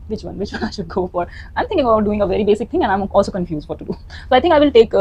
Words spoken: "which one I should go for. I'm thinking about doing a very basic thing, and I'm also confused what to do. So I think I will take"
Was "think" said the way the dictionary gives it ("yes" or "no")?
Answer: no